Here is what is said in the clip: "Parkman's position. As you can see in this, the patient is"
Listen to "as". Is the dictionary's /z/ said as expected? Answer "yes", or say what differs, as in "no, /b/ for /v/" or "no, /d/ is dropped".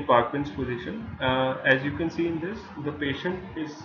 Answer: yes